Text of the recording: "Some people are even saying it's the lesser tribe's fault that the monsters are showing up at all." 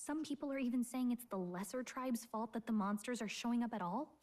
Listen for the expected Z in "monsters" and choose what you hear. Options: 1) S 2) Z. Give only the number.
2